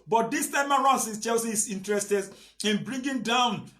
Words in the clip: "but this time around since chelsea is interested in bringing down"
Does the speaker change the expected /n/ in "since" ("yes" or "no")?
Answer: yes